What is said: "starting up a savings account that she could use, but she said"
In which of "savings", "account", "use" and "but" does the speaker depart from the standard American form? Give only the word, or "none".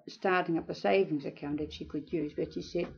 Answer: none